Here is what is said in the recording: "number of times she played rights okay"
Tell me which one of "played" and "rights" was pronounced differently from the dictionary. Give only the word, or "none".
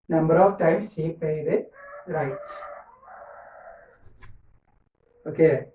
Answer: played